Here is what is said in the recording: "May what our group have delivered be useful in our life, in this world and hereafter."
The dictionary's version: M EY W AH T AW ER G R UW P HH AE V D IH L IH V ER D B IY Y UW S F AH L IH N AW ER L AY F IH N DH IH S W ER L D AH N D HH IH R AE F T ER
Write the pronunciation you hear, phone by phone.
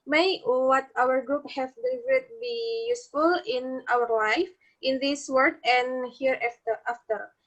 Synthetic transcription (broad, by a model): M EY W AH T AW ER G R UW P HH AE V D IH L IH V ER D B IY Y UW S F AH L IH N AW ER L AY F IH N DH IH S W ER D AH N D HH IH R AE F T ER